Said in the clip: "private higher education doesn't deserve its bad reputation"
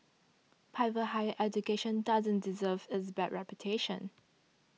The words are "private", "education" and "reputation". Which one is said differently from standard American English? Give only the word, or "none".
private